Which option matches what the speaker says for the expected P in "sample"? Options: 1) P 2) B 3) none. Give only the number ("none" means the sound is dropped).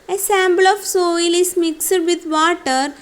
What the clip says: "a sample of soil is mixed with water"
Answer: 2